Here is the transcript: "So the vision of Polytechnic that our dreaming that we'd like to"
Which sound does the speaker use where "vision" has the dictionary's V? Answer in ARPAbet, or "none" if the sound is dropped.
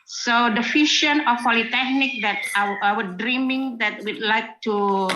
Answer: F